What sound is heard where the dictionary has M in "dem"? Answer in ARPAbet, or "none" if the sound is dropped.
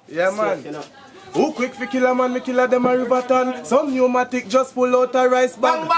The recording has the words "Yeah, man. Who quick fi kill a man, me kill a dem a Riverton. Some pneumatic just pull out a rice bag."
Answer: M